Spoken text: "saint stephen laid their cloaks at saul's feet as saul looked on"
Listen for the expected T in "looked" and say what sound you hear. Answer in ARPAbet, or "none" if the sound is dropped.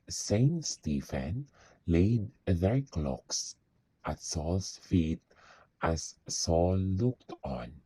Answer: T